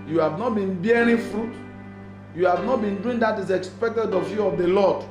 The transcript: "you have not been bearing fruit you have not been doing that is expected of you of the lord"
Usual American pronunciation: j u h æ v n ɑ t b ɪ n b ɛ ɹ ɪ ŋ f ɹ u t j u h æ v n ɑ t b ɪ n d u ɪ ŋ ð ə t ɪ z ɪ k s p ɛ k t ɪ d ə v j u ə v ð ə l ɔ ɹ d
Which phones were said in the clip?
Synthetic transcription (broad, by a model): j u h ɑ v n ɑ t b ɪ n b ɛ ɹ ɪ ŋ f ɹ u t j u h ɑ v n ɑ t b ɪ n d u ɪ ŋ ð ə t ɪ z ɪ k s p ɛ k t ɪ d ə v j u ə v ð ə l ɔ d